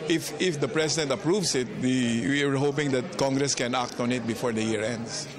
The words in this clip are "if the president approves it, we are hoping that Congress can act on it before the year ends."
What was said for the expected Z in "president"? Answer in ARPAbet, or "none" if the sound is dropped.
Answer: S